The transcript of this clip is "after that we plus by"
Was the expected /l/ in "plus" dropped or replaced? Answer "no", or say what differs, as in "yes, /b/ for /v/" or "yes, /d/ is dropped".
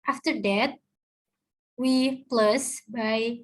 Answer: no